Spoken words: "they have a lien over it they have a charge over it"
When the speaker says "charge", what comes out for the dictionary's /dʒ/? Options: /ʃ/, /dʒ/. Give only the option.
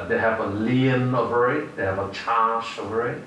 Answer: /ʃ/